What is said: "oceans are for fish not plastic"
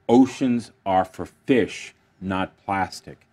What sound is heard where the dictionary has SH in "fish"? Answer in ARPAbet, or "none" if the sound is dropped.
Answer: SH